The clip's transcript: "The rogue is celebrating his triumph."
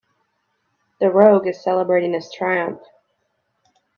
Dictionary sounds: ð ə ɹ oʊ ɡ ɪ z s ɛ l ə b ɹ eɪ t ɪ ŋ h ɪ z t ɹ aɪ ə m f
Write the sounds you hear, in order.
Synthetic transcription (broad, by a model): ð ə ɹ oʊ ɡ ɪ z s ɛ l ə b ɹ eɪ t ɪ ŋ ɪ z t ɹ aɪ ə m f